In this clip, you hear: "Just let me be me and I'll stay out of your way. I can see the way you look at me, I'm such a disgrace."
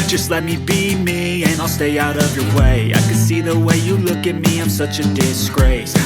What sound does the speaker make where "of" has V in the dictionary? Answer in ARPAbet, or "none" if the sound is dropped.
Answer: V